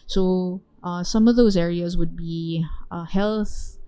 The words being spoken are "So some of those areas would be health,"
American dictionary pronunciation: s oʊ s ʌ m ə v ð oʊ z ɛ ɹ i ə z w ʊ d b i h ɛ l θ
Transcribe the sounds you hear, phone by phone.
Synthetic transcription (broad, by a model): s oʊ s ʌ m ə v ð oʊ z ɛ ɹ i ə z w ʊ d b i h ɛ l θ